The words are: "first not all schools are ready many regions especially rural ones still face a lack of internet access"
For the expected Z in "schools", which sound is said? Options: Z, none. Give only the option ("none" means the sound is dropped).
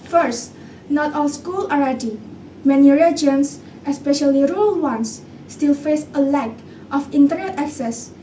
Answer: none